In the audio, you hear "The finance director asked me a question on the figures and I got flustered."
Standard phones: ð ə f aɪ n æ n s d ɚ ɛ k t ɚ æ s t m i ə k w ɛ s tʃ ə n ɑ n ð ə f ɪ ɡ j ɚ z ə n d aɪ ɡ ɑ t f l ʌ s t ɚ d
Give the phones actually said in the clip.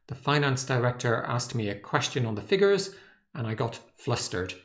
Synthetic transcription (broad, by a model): ð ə f aɪ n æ n s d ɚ ɛ k t ɚ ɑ s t m i ə k w ɛ s tʃ ə n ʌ n ð ə f ɪ ɡ j ɚ z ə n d aɪ ɡ ɑ t f l ʌ s t ɚ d